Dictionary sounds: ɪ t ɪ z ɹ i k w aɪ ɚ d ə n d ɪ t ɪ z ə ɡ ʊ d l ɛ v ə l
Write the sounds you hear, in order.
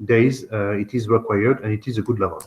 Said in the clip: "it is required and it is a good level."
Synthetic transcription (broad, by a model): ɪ t ɪ z ɹ i k w aɪ ɚ d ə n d ɪ t ɪ z ə ɡ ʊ d l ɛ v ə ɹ